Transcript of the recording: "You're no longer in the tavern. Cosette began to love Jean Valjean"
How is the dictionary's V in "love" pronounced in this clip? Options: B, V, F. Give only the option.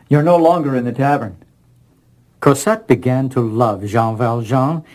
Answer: V